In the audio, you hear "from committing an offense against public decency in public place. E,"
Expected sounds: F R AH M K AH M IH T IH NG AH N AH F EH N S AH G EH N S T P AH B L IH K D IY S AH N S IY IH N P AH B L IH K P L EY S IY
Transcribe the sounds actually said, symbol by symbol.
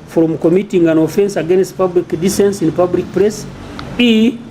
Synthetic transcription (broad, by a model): F R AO M K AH M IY T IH NG AH N AH F EH N S AH G EH N S T P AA B L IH K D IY S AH N S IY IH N P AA B L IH K P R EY S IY